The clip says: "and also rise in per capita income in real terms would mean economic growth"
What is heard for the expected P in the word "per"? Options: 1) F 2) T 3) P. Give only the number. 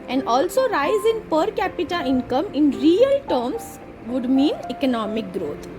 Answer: 3